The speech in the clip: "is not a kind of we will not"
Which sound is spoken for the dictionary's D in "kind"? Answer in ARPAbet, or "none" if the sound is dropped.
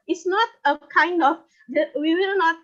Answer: D